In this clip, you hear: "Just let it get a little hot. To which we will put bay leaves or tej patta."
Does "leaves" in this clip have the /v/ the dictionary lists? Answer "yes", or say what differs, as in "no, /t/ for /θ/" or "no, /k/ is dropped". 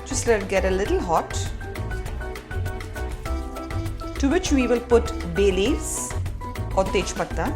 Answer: no, /v/ is dropped